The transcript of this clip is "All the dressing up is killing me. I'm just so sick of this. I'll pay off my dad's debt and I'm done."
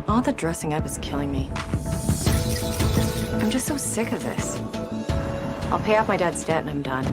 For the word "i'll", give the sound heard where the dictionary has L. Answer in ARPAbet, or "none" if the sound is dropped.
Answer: L